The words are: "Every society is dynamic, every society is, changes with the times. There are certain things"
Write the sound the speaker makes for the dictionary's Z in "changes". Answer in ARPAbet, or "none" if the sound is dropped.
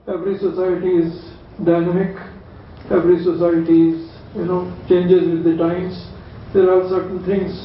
Z